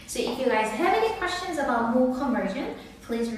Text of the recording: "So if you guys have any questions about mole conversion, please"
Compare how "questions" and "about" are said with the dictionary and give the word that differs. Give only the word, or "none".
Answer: none